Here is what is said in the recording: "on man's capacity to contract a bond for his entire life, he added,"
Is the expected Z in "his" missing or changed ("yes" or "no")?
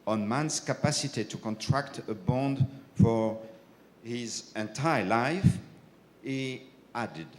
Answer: no